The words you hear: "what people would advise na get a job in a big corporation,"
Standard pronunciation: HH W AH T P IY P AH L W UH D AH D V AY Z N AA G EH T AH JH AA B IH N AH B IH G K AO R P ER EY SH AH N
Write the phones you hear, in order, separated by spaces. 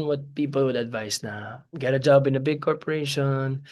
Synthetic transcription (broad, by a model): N W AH T P IY P AH L W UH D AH D V AY S N AA G EH T AH JH AA B IH N AH B IH G K AO R P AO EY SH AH N